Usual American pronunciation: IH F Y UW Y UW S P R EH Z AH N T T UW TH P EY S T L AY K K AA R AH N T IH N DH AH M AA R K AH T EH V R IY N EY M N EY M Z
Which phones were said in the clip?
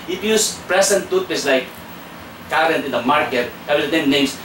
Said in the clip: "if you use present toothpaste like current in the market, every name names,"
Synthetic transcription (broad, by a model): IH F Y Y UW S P R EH S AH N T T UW T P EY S L AY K K AA R AH N T IH N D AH M AA R K AH T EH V IY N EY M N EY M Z